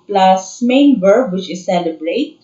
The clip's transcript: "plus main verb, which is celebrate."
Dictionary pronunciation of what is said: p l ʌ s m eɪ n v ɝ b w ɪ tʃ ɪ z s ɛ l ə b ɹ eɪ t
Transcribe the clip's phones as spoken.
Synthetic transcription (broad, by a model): p l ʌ s m eɪ n b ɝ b w ɪ tʃ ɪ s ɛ l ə b ɹ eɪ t